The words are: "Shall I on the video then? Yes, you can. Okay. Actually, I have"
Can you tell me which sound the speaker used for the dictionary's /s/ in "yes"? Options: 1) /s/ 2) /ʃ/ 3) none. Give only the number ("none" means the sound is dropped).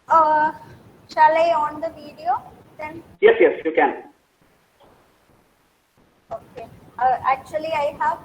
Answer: 1